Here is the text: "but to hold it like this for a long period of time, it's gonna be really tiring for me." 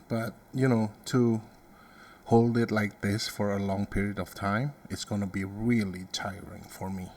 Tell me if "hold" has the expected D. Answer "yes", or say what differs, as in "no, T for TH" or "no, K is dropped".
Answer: yes